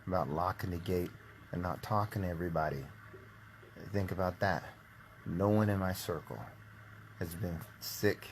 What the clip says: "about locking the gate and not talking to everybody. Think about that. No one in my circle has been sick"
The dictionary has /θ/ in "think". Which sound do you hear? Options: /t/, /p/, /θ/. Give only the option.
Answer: /θ/